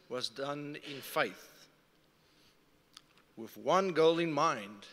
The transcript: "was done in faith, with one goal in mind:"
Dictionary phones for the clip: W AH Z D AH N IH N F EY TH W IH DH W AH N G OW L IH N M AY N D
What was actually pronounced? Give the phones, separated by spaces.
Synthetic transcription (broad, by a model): W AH Z D AH N IH N F EY TH W IH DH W AH N G OW L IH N M AY N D